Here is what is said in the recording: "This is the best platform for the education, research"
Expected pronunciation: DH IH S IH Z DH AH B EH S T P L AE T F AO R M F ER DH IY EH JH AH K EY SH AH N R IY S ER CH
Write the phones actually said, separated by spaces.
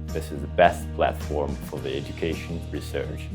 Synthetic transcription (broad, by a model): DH IH S IH Z DH AH B EH S T P L AE T F AO R M F ER DH IY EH JH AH K EY SH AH N R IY S ER CH